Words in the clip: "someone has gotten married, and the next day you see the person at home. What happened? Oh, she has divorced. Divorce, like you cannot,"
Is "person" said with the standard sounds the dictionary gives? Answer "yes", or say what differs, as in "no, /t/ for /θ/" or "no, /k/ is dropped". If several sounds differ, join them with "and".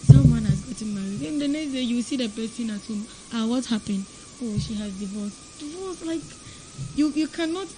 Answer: no, /b/ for /p/